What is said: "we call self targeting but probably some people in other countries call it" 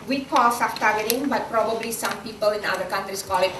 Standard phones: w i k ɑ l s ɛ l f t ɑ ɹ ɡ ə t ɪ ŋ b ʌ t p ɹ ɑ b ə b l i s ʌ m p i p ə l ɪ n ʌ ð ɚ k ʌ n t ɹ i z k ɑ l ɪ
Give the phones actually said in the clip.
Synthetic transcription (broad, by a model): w i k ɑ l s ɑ f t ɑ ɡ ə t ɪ ŋ b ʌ t p ɹ ɑ b ə b l i s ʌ m p i p ə l ɪ n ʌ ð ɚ k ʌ n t ɹ i s k ɑ l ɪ